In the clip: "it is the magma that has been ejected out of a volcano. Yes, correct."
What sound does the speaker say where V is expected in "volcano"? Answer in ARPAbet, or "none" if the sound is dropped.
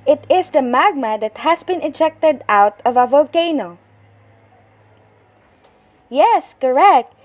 V